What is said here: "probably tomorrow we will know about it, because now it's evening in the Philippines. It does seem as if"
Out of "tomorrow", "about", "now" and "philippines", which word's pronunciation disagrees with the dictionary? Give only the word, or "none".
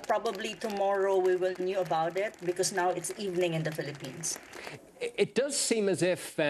philippines